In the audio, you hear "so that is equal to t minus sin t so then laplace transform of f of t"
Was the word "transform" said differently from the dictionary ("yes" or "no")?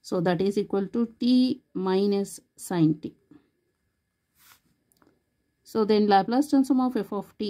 yes